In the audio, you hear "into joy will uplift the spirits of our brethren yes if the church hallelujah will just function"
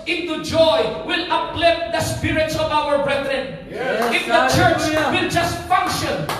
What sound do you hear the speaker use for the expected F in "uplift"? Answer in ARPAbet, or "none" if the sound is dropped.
none